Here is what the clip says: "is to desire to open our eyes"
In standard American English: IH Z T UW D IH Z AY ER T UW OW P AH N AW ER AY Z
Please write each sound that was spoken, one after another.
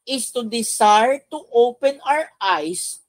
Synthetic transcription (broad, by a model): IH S T UW D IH S AY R T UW OW P AH N AW ER AY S